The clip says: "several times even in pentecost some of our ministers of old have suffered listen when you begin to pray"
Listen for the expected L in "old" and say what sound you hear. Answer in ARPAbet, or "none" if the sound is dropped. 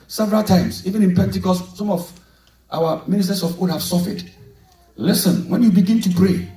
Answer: none